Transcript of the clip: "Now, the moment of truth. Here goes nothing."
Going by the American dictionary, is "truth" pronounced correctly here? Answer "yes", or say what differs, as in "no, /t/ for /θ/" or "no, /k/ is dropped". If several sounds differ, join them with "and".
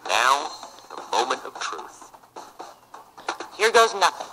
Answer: yes